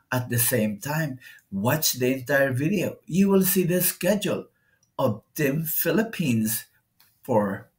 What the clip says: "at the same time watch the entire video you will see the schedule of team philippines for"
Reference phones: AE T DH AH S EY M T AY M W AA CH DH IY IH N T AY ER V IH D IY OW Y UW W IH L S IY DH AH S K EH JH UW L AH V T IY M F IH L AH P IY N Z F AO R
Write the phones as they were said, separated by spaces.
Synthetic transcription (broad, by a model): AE T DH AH S EY M T AY M W AA CH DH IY IH N T AY ER V IH D IY OW Y UW W IH L S IY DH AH S K EH JH UW L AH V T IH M F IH L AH P IY N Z F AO R